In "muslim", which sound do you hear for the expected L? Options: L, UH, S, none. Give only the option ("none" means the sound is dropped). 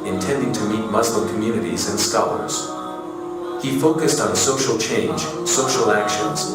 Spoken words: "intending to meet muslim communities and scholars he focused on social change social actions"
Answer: L